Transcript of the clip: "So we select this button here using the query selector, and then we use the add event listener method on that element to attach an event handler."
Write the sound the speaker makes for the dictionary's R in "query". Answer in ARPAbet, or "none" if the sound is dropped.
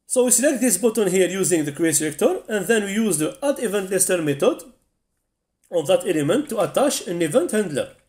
none